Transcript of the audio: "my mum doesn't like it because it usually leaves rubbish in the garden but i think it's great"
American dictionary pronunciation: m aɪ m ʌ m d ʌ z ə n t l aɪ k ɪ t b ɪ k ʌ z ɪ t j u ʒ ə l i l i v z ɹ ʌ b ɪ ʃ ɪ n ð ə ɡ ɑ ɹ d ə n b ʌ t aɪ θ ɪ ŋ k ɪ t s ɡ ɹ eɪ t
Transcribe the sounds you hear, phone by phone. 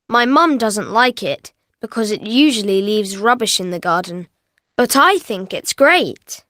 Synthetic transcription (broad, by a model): m aɪ m ʌ m d ʌ z ə n t l aɪ k ɪ t b ɪ k ʌ z ɪ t j u ʒ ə l i l i v z ɹ ʌ b ɪ ʃ ɪ n ð ə ɡ ɑ ɹ d n b ʌ t aɪ θ ɪ ŋ k ɪ t s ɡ ɹ eɪ t